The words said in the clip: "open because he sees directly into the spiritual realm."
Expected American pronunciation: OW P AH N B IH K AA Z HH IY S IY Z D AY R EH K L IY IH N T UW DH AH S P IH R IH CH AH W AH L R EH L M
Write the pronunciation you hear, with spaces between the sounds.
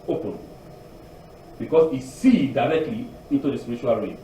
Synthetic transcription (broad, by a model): OW P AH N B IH K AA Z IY S IY D AY R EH K L IY IH N T UW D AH S P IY R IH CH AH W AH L R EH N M